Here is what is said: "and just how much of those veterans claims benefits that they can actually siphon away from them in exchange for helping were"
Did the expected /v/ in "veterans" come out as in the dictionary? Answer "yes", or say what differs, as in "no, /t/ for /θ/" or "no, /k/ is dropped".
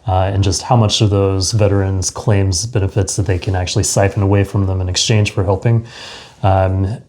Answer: yes